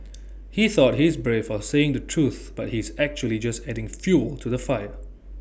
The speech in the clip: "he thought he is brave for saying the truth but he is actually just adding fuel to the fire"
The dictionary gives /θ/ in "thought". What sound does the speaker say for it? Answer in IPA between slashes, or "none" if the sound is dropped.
/θ/